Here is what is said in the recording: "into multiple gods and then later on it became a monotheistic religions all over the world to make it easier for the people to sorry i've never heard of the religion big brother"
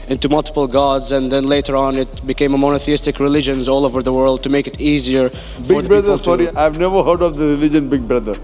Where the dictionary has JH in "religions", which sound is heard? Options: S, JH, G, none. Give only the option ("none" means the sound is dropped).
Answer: JH